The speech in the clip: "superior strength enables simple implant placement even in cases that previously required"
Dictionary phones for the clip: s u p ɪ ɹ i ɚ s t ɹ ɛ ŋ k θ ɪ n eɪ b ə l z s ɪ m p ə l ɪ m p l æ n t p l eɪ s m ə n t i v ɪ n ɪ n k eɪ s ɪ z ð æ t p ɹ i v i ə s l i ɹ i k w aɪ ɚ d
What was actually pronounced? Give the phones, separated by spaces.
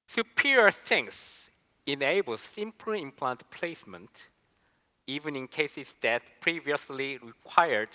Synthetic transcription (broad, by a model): s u p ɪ ɹ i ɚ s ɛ ŋ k s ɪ n eɪ b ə l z s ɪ m p l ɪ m p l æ n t p l eɪ s m ə n t i v ɪ n ɪ n k eɪ s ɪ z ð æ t p ɹ i v i ə s l i ɹ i k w aɪ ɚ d